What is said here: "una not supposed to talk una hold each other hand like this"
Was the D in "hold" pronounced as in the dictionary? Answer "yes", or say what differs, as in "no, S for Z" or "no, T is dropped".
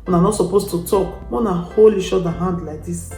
no, D is dropped